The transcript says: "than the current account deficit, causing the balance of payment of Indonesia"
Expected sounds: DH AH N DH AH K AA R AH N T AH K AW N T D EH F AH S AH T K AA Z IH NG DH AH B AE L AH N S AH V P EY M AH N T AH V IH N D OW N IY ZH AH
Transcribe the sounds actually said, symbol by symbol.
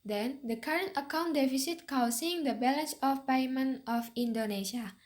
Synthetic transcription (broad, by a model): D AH N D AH K AA R AH N T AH K AW N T D EH F AH S AH T K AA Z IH NG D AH B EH L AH N S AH F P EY M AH N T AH F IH N D OW N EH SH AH